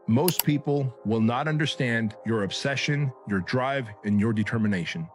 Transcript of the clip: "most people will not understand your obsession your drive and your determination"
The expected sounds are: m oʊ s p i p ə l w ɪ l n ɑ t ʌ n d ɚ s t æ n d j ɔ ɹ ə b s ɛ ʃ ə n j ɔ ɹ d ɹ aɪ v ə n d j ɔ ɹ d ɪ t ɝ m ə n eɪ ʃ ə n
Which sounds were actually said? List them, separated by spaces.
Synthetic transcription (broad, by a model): m oʊ s p i p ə l w ɪ l n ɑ t ʌ n d ɚ s t æ n d j ɔ ɹ ə b s ɛ ʃ ə n j ɔ ɹ d ɹ aɪ v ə n j ɔ ɹ d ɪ t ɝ m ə n eɪ ʃ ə n